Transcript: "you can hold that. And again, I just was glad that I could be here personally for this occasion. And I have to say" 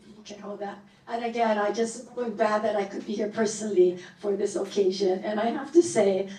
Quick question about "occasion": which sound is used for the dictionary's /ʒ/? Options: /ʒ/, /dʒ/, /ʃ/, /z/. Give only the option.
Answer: /ʒ/